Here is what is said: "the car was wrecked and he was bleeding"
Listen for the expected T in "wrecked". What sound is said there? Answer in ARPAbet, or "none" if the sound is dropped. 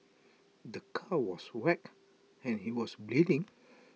none